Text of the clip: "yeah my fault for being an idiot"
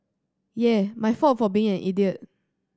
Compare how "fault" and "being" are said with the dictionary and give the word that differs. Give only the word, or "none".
fault